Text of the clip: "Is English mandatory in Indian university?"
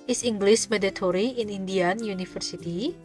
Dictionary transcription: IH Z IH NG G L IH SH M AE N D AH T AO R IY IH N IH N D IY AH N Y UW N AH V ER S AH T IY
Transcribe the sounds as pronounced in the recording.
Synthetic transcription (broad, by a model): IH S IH NG G L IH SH M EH D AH T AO R IY IH N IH N D IY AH N Y UW N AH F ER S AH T IY